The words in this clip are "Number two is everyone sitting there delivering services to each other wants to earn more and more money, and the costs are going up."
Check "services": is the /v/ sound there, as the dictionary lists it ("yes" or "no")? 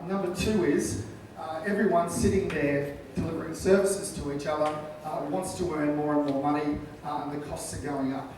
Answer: yes